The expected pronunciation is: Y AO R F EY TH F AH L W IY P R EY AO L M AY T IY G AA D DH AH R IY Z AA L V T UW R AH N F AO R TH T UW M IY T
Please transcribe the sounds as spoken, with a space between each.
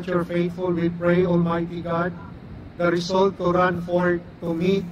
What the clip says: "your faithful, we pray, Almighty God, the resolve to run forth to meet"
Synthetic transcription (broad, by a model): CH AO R F EY T F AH L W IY P R EY AO L M AY T IY G AA D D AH R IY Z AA L T UW R AH N F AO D T UW M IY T